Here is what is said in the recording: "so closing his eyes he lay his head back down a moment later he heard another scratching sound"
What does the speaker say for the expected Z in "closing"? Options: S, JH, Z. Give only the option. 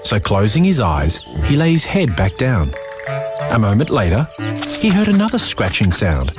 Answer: Z